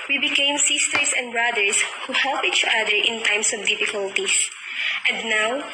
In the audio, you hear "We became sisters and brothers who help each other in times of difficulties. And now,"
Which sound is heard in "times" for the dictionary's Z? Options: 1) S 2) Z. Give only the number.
1